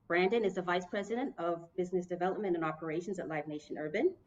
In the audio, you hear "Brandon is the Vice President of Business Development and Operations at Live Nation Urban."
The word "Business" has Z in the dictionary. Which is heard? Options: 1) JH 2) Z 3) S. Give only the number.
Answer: 2